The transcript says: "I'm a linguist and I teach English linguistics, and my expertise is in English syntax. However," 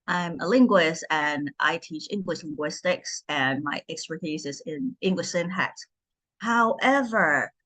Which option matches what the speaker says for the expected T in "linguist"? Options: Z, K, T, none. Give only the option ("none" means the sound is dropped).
T